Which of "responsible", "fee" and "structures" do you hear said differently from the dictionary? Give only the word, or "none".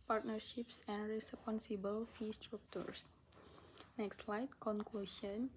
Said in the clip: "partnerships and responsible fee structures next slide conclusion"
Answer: structures